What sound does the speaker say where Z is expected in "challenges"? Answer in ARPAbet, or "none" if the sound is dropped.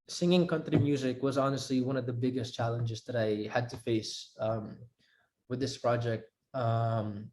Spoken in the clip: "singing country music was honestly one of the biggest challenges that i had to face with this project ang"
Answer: Z